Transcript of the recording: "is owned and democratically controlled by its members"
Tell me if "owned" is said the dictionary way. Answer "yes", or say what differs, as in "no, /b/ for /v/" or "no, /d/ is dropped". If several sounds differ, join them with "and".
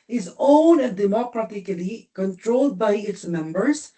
no, /d/ is dropped